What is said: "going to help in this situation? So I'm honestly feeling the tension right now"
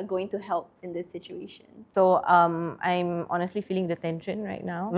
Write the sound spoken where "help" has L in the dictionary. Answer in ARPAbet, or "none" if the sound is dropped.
L